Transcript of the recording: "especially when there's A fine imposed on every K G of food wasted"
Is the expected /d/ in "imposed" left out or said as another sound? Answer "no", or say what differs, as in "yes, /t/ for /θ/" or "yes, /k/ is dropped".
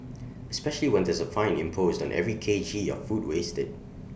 no